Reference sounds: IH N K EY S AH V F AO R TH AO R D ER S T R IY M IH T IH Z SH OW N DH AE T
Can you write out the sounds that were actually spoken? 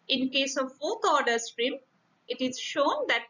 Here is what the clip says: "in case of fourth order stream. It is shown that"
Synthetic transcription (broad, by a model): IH N K EY S AH V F AO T AO R D ER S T R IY M IH T IH Z SH OW N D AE T